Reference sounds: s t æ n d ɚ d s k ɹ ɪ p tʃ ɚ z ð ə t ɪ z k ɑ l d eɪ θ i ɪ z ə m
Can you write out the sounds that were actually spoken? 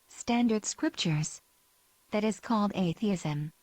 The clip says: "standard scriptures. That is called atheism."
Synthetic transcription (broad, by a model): s t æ n d ɚ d s k ɹ ɪ p tʃ ɚ z ð ə t ɪ z k ɑ l d eɪ θ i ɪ z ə m